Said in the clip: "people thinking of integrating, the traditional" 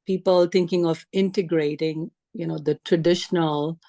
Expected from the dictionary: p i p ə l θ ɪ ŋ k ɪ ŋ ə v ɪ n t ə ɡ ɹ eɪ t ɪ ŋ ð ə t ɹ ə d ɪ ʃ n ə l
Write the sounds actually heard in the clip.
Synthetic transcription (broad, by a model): p i p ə l t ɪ ŋ k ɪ ŋ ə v ɪ n t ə ɡ ɹ eɪ t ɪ ŋ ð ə t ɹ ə d ɪ ʃ n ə l